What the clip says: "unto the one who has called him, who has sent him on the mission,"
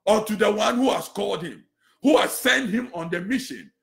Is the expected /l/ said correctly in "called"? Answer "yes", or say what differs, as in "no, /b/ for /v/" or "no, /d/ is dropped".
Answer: yes